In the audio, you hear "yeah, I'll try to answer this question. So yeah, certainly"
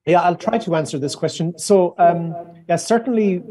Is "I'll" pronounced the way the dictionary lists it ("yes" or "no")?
yes